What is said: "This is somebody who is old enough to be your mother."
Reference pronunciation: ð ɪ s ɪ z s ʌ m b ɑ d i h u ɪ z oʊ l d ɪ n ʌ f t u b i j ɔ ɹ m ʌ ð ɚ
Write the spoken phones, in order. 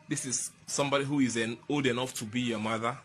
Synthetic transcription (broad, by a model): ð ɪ s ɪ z s ʌ m b ɑ d i h u ɪ z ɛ n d ɪ n ʌ f t u b i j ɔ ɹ m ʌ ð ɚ